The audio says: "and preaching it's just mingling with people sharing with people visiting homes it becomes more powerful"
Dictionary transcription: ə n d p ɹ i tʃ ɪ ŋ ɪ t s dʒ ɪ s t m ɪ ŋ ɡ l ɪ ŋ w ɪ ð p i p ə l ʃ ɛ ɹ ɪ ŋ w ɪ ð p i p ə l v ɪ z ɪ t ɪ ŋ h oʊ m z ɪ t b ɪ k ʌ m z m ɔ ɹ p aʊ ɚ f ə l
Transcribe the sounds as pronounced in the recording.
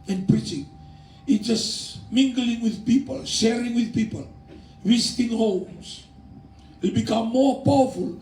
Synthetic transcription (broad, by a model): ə n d p ɹ i tʃ ɪ ŋ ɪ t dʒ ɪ s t m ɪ ŋ ɡ l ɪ ŋ w ɪ ð p i p ə l ʃ ɛ ɹ ɪ ŋ w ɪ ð p i p ə l w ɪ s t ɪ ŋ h oʊ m s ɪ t b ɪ k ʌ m m ɔ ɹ p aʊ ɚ f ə l